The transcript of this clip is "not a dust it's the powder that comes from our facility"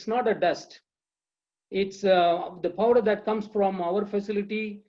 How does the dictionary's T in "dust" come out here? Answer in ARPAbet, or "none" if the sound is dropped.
T